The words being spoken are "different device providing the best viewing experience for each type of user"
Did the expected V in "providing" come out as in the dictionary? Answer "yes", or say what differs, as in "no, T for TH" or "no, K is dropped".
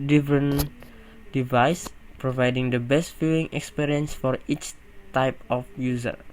yes